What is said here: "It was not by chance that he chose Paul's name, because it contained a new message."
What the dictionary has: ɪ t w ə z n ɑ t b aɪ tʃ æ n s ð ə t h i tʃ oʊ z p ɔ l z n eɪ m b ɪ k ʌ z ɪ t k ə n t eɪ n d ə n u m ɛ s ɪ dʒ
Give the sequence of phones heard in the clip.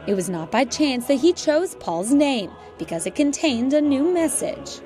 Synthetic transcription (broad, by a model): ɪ t w ə z n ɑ t b aɪ tʃ æ n s ð ə t h i tʃ oʊ z p ɔ l z n eɪ m b ɪ k ʌ z ɪ t k ə n t eɪ n d ə n u m ɛ s ɪ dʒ